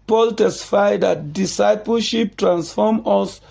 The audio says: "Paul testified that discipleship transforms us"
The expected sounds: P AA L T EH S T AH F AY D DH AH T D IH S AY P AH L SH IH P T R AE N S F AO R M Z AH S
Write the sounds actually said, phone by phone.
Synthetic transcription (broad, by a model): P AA L T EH S T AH F AY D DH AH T D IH S AY P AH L SH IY P T R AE N S F AO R M AH S